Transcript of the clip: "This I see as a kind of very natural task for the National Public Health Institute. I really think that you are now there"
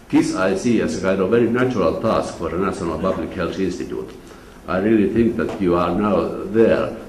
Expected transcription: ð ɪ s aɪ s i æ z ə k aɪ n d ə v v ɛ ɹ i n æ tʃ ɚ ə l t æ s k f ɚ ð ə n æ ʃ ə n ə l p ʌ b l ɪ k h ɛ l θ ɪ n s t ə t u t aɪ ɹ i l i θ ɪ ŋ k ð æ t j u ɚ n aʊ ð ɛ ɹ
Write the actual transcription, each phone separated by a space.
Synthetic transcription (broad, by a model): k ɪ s aɪ s i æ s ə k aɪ d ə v v ɛ ɹ i n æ tʃ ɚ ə l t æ s k f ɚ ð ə n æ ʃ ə n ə l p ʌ b l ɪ k h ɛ l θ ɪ n s t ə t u t aɪ ɹ i l i θ ɪ ŋ k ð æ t j u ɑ n aʊ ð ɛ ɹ